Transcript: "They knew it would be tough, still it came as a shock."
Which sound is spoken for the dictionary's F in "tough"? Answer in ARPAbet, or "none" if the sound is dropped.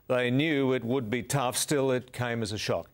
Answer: F